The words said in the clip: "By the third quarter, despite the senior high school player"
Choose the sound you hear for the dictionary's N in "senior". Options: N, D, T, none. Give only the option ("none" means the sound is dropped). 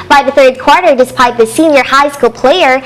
N